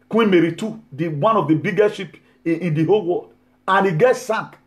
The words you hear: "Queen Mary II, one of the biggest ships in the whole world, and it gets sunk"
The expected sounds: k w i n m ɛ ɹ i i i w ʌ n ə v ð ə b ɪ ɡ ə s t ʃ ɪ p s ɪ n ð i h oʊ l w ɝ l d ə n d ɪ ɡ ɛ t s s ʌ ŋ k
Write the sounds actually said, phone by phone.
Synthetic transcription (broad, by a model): k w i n m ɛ ɹ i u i w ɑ n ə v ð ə b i ɡ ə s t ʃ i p ɪ n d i h oʊ l w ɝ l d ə n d ɪ ɡ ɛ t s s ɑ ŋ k